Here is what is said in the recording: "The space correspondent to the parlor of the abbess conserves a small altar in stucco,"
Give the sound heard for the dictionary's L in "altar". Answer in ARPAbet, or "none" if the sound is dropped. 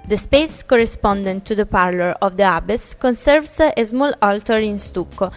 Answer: L